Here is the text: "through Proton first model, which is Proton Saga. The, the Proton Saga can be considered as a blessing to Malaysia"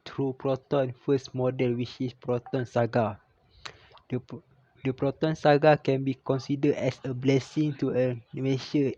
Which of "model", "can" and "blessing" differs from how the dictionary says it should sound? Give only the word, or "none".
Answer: none